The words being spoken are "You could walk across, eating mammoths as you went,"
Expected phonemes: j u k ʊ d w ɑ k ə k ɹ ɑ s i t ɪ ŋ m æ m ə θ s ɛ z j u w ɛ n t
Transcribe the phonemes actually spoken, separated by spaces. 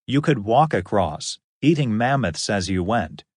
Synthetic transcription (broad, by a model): j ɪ k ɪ d w ɑ k ə k ɹ ɑ s i t ɪ ŋ m æ m ə θ s ɛ z j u w ɛ n t